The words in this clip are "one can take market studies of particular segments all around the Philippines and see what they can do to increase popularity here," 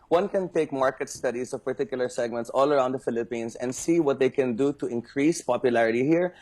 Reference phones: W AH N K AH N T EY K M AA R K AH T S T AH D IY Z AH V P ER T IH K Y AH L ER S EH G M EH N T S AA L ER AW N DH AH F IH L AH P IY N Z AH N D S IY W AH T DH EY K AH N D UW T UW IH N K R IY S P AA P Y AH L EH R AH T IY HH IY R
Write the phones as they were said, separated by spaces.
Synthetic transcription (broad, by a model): W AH N K AH N T EY K M AA R K AH T S T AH D IY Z AH V P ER T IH K Y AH L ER S EH G M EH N T S AA L ER AW N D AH F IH L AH P IY N S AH N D S IY W AH T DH EY K AH N D UW T UW IH N K R IY S P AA P Y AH L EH R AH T IY HH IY R